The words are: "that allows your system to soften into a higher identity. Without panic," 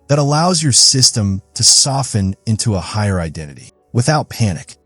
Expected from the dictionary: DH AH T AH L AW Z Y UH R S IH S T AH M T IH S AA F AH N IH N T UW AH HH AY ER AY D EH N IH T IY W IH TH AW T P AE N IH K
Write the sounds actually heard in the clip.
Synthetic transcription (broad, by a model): DH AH T AH L AW Z Y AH R S IH S T AH M T IH S AA F AH N IH N T UW AH HH AY ER AY D EH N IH T IY W IH TH AW T P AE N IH K